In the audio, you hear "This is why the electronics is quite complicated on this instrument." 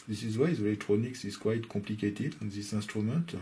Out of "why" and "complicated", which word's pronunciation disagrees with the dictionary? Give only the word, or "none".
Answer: complicated